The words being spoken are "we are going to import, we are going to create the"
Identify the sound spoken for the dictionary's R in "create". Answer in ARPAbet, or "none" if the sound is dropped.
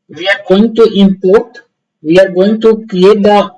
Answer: none